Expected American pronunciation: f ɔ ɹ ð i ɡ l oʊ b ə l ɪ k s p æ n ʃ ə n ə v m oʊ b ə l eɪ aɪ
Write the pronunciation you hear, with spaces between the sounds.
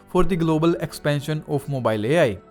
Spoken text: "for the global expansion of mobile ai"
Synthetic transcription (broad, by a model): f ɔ ɹ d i ɡ l oʊ b ə l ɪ k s p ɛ n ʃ ə n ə p m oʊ b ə l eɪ aɪ